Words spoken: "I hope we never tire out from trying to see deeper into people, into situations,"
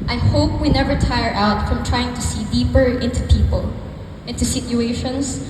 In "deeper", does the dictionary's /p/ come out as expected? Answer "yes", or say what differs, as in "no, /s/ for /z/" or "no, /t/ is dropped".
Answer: yes